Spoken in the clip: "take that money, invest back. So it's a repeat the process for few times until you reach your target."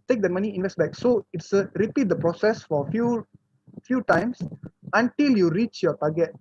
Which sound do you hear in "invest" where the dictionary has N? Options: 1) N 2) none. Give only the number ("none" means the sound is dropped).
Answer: 1